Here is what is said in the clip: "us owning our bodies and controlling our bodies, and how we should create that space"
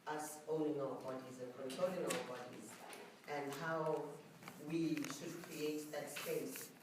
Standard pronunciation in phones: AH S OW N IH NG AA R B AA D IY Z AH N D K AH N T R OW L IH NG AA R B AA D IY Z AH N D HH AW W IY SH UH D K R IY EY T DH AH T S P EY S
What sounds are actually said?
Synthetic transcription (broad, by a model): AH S OW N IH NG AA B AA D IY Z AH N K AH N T OW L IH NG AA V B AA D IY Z AH N D HH AW W IY SH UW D K R IY EY T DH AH T S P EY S